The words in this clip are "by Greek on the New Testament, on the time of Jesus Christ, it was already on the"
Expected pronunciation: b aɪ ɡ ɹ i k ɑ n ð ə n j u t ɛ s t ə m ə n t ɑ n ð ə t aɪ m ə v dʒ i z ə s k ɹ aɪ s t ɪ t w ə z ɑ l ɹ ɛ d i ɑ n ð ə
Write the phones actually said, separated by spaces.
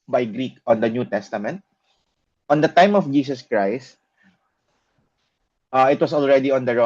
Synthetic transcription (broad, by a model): b aɪ ɡ ɹ i k ɑ n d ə n j u t ɛ s t ə m ə n t ɑ n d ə t aɪ m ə f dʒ i s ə s k ɹ aɪ s t ɪ t w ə s ɑ l ɹ ɛ d i ɑ n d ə